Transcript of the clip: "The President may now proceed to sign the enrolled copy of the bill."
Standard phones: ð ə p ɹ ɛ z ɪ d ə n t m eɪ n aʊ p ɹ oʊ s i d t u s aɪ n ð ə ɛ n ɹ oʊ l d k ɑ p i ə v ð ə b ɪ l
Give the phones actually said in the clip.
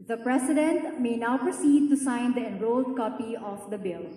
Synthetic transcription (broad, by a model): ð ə p ɹ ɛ s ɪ d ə n t m eɪ n aʊ p ɹ oʊ s i d t u s aɪ n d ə ɛ n ɹ oʊ l d k ɑ p i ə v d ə b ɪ l